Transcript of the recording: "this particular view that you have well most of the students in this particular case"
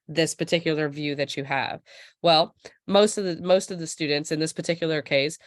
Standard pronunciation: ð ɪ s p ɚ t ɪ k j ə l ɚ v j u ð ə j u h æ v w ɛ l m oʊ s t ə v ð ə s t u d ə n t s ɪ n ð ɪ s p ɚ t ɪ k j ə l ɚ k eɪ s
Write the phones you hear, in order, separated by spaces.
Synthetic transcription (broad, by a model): ð ɪ s p ɚ t ɪ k j l ɚ v j u ð ə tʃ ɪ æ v w ɛ l m oʊ s t ə v ð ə s t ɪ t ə n t s ɪ n ð ɪ s p ɚ t ɪ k j l ɚ k eɪ s